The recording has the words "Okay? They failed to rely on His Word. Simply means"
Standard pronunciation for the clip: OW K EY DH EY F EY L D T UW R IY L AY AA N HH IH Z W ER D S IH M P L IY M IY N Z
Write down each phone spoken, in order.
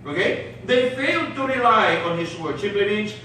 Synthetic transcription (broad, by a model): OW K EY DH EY F EY L D T UW R IY L AY AA N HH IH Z W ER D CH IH P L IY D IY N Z